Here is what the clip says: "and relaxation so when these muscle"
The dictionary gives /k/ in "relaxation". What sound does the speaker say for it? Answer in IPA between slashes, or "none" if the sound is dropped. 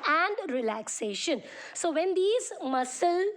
/k/